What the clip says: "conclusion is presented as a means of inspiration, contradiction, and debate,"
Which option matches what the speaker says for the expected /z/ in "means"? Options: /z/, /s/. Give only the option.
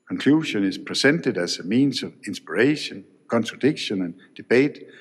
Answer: /s/